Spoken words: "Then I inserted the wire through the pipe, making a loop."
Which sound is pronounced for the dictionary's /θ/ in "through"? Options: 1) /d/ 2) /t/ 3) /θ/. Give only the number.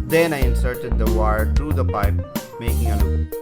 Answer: 2